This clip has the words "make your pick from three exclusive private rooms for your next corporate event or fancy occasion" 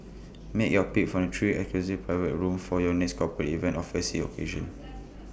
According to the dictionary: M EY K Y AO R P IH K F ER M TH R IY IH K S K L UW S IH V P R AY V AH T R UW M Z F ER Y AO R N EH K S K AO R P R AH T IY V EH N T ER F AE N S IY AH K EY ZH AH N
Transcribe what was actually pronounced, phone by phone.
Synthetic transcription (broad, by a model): M EY K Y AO P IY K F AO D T R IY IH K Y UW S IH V P R AY V AH T R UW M F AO Y AO N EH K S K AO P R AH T IY V EH N T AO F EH S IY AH K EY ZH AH N